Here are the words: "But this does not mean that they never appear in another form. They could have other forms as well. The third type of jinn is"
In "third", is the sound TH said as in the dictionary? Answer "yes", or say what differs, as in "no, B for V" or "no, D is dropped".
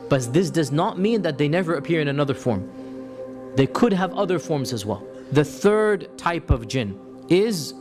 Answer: yes